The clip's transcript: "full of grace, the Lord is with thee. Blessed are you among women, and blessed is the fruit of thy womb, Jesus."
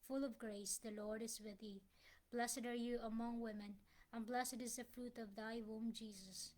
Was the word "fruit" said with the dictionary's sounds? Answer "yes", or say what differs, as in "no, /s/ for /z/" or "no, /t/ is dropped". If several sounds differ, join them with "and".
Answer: yes